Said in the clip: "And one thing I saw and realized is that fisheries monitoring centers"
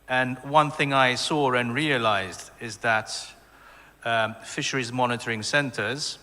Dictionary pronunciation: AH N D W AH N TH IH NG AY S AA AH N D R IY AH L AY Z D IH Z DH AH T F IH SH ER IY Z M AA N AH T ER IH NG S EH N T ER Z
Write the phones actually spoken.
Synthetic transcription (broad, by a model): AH N W AH N TH IH NG AY S AA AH N R IY AH L AY Z D IH Z DH AH T F IH SH ER IY Z M AA N AH T ER IH NG S EH N T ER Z